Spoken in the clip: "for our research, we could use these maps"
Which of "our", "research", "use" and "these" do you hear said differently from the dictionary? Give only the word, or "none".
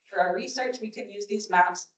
none